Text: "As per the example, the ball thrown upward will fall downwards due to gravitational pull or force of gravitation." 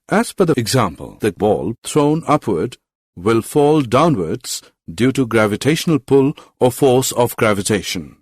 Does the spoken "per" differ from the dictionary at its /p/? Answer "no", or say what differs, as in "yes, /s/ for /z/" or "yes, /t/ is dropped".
yes, /f/ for /p/